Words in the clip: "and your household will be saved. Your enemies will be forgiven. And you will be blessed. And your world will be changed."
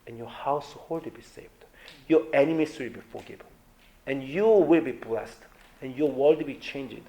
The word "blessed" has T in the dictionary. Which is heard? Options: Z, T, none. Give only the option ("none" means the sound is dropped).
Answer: T